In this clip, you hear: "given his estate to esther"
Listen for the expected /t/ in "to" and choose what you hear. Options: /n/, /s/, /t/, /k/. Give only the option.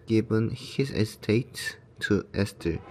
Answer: /s/